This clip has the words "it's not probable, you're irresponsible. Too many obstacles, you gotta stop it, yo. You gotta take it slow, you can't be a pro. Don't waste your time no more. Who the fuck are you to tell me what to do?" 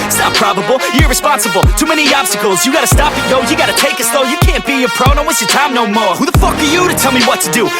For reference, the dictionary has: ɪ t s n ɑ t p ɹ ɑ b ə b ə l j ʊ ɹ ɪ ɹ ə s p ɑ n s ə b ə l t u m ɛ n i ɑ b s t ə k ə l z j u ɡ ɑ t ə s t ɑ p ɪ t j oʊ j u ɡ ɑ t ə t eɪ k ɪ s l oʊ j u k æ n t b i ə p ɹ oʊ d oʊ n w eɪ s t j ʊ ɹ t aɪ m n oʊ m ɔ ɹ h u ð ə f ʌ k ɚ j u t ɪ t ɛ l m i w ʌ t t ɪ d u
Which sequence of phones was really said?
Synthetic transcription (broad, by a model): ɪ t s n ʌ t p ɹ ɑ b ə b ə l j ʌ ɹ ɹ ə s p ɑ n s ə b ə l t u m ɛ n i ɑ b s t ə k l z j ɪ ɡ ɑ t ə s t ɑ p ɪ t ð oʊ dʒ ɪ ɡ ɑ t ə t eɪ k ɪ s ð oʊ j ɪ k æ n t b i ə p ɹ oʊ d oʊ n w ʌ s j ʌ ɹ t aɪ m n oʊ m ɔ ɹ h u ð ə f ʌ k ɚ j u t ɪ t ɛ l m i w ʌ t t ɪ d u